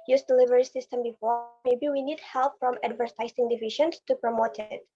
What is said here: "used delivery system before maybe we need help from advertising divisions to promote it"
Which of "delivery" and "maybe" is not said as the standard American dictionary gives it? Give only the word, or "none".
none